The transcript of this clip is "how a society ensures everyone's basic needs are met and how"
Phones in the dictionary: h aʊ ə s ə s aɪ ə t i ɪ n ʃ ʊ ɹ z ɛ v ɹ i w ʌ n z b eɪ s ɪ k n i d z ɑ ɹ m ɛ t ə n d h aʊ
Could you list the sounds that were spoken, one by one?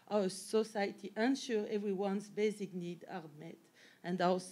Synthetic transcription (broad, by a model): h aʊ ə s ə s aɪ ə t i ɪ n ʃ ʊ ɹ ɛ v ɹ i w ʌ n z b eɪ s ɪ k n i d ɑ ɹ m ɛ t ə n d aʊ